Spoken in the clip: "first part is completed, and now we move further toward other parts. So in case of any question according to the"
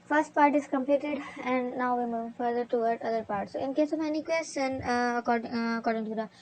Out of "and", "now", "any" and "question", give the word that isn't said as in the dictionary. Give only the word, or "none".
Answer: question